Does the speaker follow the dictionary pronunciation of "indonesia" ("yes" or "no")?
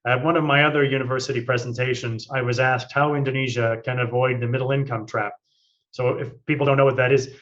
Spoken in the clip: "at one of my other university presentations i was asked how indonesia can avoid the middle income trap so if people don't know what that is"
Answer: yes